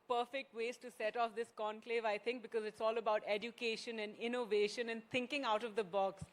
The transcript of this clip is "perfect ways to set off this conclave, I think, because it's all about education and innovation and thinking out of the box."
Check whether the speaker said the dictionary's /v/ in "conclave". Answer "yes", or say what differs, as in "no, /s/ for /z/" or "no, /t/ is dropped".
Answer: yes